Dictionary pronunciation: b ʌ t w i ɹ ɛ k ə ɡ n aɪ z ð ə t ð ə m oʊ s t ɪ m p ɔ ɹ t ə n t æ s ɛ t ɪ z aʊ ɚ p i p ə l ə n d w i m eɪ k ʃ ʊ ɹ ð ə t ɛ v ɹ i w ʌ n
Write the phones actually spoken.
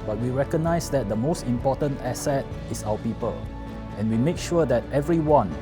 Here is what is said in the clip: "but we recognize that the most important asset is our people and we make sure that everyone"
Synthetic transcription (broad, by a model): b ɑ t w i ɹ ɛ k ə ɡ n aɪ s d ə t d ə m oʊ s t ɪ m p ɔ t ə n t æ s ɛ t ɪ s aʊ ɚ p i p ə l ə n w i m eɪ k ʃ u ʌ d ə t ɛ v ɹ i w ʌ n